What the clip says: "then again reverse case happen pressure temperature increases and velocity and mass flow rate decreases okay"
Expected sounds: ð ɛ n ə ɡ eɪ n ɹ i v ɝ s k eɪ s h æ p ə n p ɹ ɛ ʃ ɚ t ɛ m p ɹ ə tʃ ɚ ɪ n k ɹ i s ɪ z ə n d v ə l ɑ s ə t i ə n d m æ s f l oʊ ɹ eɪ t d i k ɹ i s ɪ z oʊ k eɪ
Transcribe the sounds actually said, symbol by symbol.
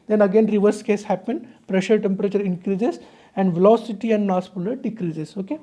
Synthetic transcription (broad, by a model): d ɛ n ə ɡ eɪ n ɹ i v ɝ s k eɪ s h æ p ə n p ɹ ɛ ʃ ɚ t ɛ m p ɹ ə tʃ ɚ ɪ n k ɹ i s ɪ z ə n d v ə l ɑ s ə t i ə n d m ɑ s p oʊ l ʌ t d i k ɹ i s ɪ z oʊ k eɪ